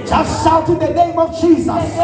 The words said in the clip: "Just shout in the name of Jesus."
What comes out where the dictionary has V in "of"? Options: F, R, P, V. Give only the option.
V